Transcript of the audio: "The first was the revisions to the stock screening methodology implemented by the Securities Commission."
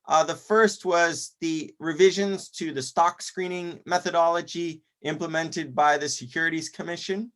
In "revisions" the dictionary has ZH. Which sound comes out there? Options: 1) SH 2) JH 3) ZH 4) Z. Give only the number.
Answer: 3